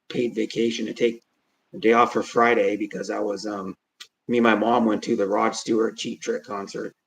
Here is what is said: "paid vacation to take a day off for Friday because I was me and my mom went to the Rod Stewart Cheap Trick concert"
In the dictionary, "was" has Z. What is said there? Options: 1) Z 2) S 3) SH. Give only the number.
1